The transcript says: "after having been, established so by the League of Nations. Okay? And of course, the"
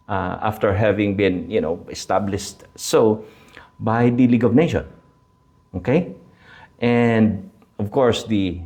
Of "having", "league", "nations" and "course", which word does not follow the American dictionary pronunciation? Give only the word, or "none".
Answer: nations